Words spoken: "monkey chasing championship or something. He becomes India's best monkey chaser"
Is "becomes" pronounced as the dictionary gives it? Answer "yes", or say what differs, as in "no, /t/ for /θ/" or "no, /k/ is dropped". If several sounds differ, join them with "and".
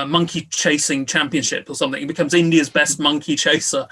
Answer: yes